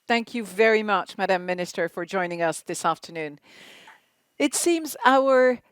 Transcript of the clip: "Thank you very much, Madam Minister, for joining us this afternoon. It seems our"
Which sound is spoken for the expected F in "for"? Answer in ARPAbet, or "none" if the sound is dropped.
F